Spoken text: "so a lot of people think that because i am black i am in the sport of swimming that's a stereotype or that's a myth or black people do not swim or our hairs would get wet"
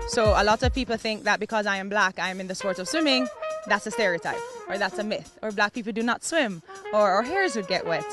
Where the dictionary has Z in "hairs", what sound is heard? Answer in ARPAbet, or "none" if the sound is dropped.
Z